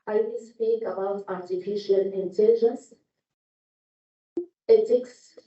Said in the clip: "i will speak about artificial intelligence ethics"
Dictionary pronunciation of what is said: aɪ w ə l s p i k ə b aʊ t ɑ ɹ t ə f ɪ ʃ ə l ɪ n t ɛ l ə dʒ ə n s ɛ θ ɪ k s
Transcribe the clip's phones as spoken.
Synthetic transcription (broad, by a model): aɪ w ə s p i k ə b aʊ t ɑ ɹ t ə f ɪ ʃ ə l ɪ n t ɛ l ə dʒ ə n s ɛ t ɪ k s